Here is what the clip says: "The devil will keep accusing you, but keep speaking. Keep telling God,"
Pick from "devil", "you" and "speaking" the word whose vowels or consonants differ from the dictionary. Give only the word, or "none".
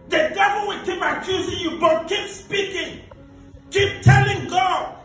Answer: devil